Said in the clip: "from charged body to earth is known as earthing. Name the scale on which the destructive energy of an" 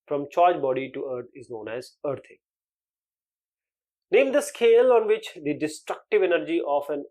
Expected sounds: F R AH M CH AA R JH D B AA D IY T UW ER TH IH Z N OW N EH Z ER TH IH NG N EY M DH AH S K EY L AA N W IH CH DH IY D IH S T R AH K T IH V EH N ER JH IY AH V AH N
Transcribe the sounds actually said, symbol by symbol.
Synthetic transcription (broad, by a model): F R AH M CH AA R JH B AA D IY T UW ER T IH Z N OW N EH Z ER T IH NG N EY M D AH S K EY L AA N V IH CH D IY D IH S T R AH K T IH V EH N ER JH IY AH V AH N